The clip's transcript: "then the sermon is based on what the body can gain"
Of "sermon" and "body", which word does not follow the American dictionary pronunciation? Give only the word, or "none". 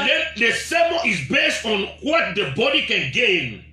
sermon